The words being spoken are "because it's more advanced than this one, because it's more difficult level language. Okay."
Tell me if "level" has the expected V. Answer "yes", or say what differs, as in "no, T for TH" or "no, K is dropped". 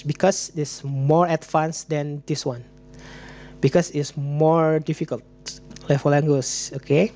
no, F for V